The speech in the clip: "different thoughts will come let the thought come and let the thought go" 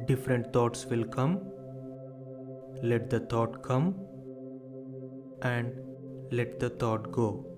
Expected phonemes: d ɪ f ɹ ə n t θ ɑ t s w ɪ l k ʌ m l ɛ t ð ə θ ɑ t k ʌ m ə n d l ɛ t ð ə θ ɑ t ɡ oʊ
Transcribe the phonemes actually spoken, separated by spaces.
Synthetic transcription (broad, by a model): d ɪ f ɹ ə n t t ɑ t s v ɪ l k ʌ m l ɛ t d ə t ɑ t k ʌ m ə n d l ɛ t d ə t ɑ t ɡ oʊ